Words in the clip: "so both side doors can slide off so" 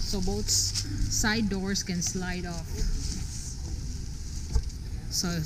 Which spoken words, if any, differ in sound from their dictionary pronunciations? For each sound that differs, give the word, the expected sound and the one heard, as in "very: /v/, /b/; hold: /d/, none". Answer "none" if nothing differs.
both: /θ/, /s/; doors: /z/, /s/